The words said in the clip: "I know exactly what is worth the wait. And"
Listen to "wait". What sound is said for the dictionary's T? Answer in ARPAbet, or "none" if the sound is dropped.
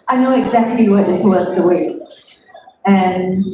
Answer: none